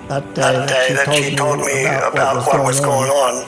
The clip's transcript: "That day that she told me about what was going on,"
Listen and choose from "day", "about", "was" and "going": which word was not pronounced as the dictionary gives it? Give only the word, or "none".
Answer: none